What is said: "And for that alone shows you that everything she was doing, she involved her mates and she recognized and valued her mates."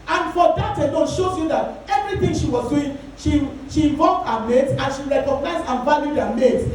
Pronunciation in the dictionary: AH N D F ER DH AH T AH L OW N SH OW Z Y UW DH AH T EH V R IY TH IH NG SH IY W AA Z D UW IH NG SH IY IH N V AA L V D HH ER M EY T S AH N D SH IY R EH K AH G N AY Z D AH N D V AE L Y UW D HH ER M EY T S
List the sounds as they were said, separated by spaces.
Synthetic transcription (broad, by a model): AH N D F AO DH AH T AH N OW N SH OW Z Y UW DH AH T EH V R IY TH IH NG SH IY W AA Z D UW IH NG SH IY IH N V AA V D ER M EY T AH N SH IY R EH K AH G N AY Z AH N V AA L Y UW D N M EY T